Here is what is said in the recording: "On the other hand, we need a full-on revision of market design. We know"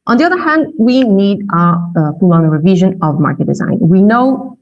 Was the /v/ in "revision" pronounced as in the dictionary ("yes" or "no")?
yes